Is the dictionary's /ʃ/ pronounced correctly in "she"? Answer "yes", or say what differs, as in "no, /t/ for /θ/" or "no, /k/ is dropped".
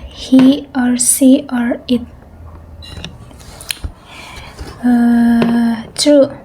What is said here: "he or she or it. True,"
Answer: no, /s/ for /ʃ/